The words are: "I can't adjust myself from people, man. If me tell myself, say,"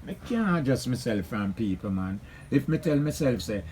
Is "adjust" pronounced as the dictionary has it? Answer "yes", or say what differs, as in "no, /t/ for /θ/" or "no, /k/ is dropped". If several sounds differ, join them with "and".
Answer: yes